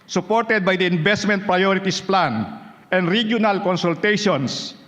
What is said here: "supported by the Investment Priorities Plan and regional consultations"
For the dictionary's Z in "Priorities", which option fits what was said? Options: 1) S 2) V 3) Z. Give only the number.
1